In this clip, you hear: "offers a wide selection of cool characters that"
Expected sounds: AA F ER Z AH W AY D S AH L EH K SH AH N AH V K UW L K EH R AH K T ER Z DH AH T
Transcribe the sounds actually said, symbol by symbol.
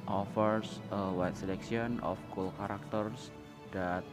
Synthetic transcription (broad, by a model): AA F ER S AH W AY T S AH L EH K S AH N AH F K UW L K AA R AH K T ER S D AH T